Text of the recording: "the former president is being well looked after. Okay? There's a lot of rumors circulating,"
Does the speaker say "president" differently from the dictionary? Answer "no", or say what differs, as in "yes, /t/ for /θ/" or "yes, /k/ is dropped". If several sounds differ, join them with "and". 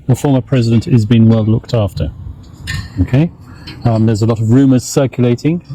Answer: no